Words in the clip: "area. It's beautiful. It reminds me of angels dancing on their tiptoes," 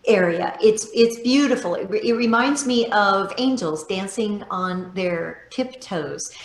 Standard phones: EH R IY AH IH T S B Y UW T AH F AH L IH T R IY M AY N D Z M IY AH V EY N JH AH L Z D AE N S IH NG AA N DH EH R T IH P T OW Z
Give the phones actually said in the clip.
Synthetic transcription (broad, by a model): EH R IY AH IH T S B Y UW T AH F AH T IH T R IY M AY N D Z M IY AH V EY N JH L Z D AE N S IH NG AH N DH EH R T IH P T OW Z